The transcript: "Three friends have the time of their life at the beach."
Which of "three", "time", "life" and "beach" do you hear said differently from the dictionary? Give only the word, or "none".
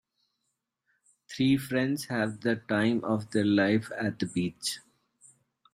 three